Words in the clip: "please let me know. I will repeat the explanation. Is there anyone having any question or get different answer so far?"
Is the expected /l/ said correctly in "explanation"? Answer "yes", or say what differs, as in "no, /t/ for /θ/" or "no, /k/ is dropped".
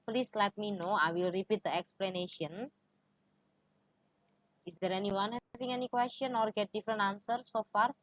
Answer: yes